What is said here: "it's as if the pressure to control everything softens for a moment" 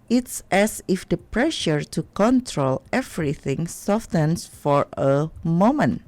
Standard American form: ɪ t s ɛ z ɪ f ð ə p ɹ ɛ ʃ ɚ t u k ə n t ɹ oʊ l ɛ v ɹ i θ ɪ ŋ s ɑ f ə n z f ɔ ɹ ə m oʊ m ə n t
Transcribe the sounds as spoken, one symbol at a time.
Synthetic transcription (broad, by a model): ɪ t s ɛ s ɪ f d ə p ɹ ɛ ʃ ɚ t u k ə n t ɹ oʊ l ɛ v ɹ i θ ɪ ŋ s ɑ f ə n s f ɔ ɹ ə m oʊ m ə n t